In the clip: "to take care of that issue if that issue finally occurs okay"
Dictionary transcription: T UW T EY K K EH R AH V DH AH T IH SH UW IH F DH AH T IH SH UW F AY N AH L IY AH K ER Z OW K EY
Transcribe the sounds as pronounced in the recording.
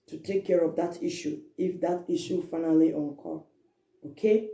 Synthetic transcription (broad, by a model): T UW T EY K K EH R AH V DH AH T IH SH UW IH F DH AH T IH SH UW F AY N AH L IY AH K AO OW K EY